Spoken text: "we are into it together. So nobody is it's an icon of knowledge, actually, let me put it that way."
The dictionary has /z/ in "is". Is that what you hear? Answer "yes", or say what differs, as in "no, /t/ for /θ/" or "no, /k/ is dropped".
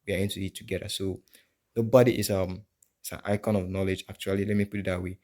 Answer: no, /s/ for /z/